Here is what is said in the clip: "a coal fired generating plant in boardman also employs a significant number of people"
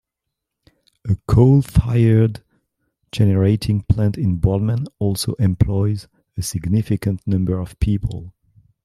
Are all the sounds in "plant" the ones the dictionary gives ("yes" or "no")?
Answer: yes